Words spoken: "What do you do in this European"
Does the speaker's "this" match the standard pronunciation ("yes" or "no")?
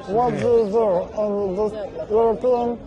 no